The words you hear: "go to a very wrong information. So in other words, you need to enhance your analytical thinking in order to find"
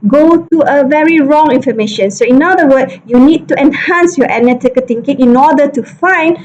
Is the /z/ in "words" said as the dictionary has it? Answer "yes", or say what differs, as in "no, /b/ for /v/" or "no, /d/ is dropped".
no, /z/ is dropped